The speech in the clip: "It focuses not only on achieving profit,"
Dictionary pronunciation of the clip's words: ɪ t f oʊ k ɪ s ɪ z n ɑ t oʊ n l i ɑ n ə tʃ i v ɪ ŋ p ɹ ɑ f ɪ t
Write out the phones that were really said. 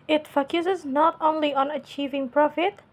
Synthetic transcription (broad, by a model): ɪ t f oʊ k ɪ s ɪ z n ɑ t oʊ n l i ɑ n ə tʃ i v ɪ ŋ p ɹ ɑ f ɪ t